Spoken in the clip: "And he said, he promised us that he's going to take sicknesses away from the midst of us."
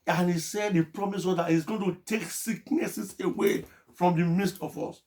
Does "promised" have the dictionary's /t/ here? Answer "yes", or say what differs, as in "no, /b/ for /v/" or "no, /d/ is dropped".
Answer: no, /t/ is dropped